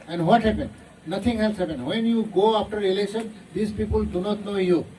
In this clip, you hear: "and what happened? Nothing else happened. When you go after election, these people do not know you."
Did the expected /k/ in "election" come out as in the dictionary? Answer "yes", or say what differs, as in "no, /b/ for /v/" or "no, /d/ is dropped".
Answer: no, /k/ is dropped